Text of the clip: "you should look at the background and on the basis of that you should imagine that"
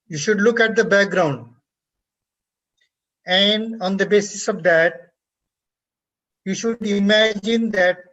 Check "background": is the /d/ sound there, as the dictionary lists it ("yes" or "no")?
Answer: yes